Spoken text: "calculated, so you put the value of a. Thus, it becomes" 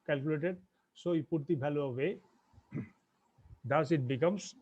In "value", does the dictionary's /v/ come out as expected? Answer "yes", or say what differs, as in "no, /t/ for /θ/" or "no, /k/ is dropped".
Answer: no, /b/ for /v/